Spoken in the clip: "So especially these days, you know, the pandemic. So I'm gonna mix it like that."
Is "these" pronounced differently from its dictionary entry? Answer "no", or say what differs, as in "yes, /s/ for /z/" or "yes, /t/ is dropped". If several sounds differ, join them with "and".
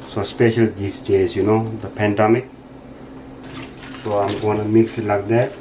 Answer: yes, /s/ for /z/